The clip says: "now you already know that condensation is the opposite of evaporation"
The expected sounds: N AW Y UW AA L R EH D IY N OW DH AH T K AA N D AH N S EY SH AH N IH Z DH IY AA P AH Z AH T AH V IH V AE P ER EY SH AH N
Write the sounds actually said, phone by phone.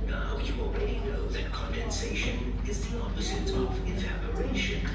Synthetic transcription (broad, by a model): N AW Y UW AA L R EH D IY N OW DH AH T K AA N D AH N S EY SH AH N IH Z DH IY AA P AH Z AH T AH V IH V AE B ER EY SH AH N